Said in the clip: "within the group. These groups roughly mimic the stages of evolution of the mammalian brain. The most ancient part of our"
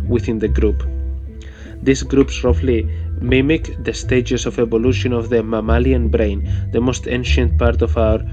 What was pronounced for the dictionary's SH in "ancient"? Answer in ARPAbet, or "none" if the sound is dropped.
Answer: SH